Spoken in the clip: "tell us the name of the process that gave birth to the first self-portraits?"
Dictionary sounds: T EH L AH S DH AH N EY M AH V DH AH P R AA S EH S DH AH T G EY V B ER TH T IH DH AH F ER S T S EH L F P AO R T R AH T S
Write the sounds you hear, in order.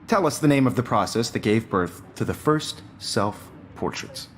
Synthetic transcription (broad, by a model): T EH L AH S DH AH N EY M AH V DH AH P R AA S EH S DH AH T G EY V B ER TH T IH DH AH F ER S T S EH L F P AO R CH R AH T S